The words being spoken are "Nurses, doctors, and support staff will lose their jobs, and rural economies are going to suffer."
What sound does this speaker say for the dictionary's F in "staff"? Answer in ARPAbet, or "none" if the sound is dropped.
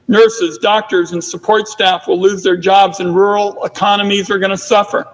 F